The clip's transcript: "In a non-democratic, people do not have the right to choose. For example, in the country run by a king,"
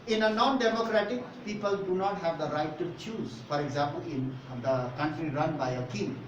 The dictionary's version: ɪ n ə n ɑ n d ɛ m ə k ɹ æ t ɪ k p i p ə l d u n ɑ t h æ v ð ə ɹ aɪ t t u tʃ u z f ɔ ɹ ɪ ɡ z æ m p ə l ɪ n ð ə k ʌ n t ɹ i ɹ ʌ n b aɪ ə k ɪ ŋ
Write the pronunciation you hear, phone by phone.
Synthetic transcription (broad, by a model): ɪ n ə n ɑ n d ɛ m ə k ɹ æ t ɪ k p i p ə l d u n ɑ t h æ v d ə ɹ aɪ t t u tʃ u z f ɔ ɹ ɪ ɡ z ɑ m p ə l ɪ n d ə k ʌ n t ɹ i ɹ ʌ n b aɪ ə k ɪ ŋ